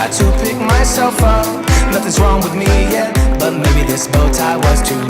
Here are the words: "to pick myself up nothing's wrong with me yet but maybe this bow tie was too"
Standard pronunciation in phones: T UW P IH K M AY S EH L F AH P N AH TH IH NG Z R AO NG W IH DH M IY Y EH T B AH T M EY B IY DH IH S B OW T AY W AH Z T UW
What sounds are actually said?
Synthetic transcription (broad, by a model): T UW P IH K M AY S EH L F AH P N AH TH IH Z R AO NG W IH DH M IY Y EH T B AH T M EY B IY DH IH S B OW T AY W AH Z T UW